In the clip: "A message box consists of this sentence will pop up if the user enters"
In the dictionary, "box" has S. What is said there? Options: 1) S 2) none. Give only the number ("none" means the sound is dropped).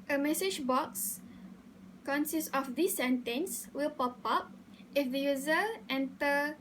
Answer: 1